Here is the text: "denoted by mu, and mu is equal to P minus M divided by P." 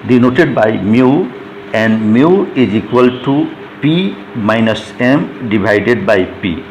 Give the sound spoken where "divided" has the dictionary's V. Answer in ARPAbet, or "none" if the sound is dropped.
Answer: B